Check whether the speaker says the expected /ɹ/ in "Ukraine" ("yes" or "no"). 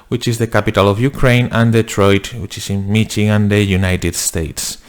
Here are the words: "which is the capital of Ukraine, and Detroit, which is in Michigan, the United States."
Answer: yes